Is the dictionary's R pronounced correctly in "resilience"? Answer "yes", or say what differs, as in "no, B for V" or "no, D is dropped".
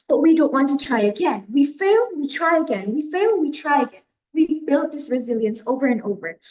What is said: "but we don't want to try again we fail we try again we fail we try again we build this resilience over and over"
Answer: yes